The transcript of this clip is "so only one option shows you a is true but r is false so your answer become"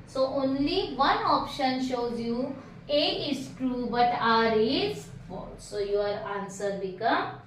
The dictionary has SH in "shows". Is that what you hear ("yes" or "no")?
yes